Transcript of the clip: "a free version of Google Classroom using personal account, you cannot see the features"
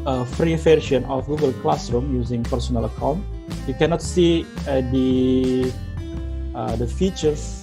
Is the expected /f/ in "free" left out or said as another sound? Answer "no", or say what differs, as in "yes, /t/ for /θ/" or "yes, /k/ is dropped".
no